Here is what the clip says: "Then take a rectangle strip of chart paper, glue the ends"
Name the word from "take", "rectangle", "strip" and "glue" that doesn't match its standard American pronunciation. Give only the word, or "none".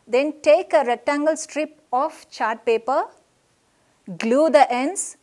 none